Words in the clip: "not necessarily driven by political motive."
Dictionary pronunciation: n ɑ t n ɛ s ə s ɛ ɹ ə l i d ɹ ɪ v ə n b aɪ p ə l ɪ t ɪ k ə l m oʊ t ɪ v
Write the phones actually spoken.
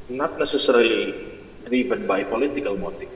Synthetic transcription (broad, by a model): n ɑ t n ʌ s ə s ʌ ɹ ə n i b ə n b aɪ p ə l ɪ t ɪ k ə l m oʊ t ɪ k